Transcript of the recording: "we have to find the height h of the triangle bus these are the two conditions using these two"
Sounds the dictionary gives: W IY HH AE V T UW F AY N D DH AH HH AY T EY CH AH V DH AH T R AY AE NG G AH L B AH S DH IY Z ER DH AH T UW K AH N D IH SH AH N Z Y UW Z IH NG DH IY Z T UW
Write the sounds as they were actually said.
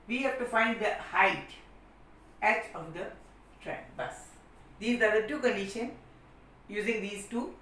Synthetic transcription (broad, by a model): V IY HH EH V T UW F AY N D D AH HH AY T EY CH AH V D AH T R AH N B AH S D IY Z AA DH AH T UW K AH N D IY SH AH N Y UW Z IH NG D IY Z T UW